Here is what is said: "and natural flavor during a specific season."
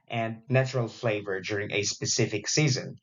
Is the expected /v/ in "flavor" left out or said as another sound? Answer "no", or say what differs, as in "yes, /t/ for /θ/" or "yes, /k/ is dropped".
no